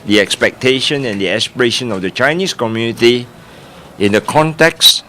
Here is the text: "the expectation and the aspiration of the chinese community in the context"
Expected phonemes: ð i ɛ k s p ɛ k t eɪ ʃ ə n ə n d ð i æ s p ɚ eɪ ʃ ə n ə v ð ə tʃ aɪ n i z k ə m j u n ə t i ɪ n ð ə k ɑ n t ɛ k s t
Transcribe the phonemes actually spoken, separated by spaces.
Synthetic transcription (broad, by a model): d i ɛ k s p ɛ k t eɪ ʃ ə n ə n d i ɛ s p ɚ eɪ ʃ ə n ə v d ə tʃ aɪ n i s k ə m j u n ə t i ɪ n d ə k ɑ n t ɛ k s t